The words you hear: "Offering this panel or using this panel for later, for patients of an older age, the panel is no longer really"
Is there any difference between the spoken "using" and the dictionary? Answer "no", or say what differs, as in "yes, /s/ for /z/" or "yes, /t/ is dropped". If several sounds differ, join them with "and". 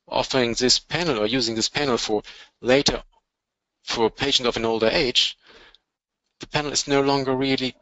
no